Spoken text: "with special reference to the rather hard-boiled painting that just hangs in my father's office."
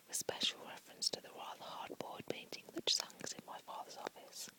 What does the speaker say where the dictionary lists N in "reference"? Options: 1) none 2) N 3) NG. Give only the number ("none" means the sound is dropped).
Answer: 2